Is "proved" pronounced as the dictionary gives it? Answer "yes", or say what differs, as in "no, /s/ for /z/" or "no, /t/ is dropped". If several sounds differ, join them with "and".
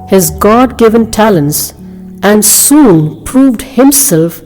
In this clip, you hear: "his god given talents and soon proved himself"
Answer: yes